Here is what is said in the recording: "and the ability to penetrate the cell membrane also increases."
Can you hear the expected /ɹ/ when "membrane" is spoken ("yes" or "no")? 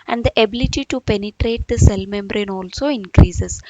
yes